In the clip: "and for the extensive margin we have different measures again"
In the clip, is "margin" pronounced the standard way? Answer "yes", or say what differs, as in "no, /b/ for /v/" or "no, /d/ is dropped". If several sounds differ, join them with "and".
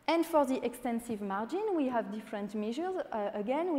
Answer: yes